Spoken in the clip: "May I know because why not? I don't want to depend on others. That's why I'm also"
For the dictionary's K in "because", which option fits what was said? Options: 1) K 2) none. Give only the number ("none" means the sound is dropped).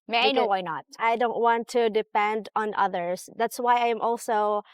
2